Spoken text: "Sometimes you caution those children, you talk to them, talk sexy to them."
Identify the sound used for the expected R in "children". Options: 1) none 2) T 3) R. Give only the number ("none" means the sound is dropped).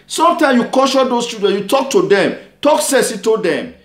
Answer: 1